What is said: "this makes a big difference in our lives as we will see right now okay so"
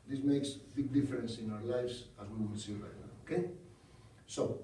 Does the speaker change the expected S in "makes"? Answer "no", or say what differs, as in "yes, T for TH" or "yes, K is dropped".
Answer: no